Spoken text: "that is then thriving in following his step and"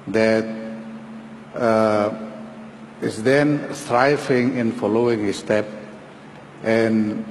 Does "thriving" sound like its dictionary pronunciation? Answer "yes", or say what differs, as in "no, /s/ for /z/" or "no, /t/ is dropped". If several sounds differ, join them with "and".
no, /s/ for /θ/